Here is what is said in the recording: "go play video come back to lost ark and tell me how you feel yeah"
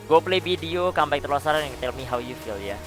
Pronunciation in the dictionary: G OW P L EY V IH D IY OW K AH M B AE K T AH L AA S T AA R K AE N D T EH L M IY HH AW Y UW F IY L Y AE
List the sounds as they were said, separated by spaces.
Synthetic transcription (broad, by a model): G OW P L EY B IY D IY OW K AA M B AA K T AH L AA S AA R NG T EH L M IY HH AW Y UW F IY L Y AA